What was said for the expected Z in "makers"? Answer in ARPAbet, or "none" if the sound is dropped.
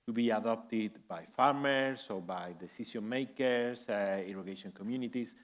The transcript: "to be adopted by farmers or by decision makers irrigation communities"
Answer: S